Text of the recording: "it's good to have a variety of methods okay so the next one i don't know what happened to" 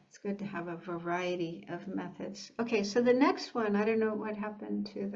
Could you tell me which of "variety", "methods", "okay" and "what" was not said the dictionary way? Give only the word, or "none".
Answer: none